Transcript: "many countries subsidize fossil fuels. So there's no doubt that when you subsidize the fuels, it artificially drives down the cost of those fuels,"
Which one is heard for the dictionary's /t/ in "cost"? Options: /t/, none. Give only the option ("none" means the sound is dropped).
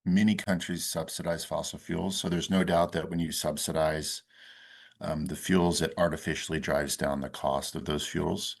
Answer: /t/